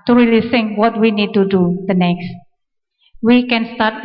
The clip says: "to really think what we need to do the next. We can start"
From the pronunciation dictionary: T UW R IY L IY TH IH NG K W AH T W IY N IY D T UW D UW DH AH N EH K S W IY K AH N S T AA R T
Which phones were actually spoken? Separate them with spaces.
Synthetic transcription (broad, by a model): T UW R IY L IY S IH NG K W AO T W IY N IY D T UW D UW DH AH N EH K S W IY K AH N S T AA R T